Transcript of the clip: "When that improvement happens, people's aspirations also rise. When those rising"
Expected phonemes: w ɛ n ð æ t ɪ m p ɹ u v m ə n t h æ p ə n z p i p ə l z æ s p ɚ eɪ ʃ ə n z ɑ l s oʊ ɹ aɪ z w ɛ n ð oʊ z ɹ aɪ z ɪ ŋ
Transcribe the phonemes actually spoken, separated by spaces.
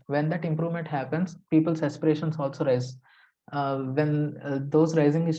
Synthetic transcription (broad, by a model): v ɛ n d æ t ɪ m p ɹ u v m ə n t h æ p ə n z p i p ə l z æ s p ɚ eɪ ʃ ə n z ɑ l s oʊ ɹ aɪ z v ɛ n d oʊ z ɹ aɪ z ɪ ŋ